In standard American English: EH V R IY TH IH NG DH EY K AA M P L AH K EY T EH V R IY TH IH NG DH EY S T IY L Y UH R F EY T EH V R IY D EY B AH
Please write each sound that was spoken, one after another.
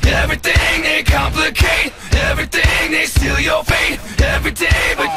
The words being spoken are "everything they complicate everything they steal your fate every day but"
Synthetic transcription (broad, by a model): EH V R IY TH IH NG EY K AA M P L AH K EY T EH V R IY TH IH NG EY S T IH L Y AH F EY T EH V R IY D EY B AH